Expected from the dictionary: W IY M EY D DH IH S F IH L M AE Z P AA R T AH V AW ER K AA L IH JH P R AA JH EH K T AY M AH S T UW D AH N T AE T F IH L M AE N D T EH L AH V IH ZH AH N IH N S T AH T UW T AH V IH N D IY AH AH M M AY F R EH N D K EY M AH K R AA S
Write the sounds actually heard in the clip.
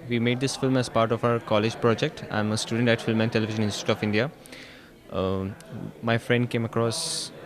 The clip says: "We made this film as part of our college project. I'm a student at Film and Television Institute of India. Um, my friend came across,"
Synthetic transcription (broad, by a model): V IY M EY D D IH S F IH L M AE Z P AA R T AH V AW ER K AA L IH JH P R AA JH EH K T AY M AH S T UW D AH N T AE T F IH L M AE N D T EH L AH V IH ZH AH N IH N S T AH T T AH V IH N D IY AH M M AY F R EH N D K EY M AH K R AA S